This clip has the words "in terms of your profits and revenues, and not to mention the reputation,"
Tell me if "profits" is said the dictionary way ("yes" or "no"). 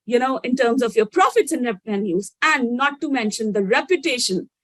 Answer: yes